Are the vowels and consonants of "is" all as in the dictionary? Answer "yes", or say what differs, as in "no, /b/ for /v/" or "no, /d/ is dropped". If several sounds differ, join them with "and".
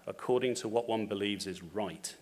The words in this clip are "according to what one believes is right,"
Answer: yes